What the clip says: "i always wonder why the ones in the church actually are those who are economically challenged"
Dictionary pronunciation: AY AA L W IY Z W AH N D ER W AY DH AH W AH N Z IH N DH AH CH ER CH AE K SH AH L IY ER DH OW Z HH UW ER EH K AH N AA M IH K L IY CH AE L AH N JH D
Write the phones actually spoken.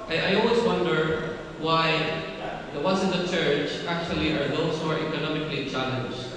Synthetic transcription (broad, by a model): AY AA L W IY Z W AH N D ER W AY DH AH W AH Z IH N DH AH CH ER CH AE K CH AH L IY ER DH OW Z HH UW ER EH K AH N AA M IH K L IY CH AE L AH N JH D